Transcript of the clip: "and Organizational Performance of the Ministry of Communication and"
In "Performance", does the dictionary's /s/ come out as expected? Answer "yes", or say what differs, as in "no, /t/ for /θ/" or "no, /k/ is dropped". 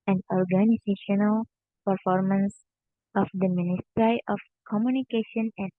yes